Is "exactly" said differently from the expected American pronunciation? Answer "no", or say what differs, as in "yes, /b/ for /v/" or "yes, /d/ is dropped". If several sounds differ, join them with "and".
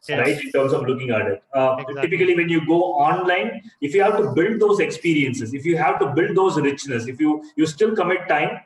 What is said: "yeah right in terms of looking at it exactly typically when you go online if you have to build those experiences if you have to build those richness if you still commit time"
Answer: yes, /k/ is dropped